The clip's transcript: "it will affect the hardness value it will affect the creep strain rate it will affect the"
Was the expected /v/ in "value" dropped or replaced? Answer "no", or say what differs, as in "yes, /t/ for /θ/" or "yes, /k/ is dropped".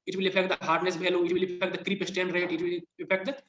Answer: yes, /b/ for /v/